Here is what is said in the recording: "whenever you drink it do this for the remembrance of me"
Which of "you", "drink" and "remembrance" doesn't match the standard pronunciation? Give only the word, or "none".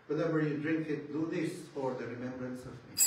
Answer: none